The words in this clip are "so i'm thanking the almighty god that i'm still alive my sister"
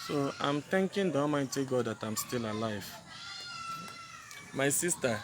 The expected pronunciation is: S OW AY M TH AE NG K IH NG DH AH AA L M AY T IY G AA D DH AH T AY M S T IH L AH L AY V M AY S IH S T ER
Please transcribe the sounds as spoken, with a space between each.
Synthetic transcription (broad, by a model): S OW AY M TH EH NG K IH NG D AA M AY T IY G AA D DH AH T AY M S T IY L AH L AY V M AY S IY S T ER